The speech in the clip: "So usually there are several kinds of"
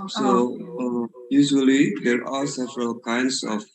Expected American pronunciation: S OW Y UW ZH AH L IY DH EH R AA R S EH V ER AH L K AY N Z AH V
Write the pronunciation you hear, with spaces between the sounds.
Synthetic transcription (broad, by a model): S OW Y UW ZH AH L IY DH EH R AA L S EH V ER AH L K AY N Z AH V